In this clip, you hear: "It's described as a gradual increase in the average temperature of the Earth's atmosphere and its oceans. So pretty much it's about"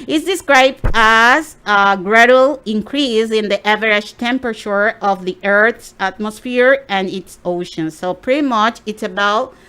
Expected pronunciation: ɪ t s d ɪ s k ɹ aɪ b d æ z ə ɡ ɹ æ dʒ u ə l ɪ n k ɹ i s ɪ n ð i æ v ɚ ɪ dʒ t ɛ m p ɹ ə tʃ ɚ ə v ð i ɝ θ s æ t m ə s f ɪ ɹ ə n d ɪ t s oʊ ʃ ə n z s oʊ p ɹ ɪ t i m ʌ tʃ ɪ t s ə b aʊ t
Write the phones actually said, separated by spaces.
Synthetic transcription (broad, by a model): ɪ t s d ɪ s k ɹ aɪ b d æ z ə ɡ ɹ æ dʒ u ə l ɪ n k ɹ i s ɪ n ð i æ v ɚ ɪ ʃ t ɛ m p ɹ ə tʃ ɚ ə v ð i ɝ θ s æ t m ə s f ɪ ɹ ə n ɪ t s oʊ ʃ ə n s oʊ p ɹ ɪ t i m ʌ tʃ ɪ t s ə b aʊ t